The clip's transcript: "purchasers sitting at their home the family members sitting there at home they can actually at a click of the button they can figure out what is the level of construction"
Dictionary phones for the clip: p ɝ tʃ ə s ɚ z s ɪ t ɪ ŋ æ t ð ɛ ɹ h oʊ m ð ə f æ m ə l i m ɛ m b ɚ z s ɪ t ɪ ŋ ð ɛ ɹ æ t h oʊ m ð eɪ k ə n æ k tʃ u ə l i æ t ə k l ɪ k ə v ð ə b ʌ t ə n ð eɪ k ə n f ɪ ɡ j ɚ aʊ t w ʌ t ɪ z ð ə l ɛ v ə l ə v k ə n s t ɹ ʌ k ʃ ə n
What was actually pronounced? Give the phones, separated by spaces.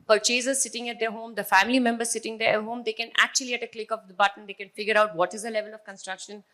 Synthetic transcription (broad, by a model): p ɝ tʃ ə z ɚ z s ɪ t ɪ ŋ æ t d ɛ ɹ h oʊ m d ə f æ m ə l i m ɛ m b ɚ z s ɪ t ɪ ŋ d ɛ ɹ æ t h oʊ m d eɪ k ə n æ k tʃ u ə l i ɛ t ə k l ɪ k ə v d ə b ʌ t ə n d eɪ k ə n f ɪ ɡ j ɚ aʊ t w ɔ t ɪ z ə l ɛ v ə l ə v k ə n s t ɹ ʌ k ʃ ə n